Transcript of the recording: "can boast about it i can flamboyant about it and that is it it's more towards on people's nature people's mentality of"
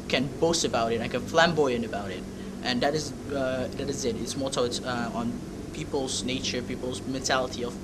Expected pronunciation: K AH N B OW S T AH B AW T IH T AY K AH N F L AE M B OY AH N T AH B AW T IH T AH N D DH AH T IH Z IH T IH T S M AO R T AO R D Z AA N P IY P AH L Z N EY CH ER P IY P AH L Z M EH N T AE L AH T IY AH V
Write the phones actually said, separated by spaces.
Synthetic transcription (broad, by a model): K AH N B OW S T AH B AW T IH T AY K AH N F L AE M B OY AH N AH B AW T IH T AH N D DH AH T IH Z IH T IH T S M AO R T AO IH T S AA N P IY P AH L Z N EY CH ER P IY P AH L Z M EH N T AE L AH T IY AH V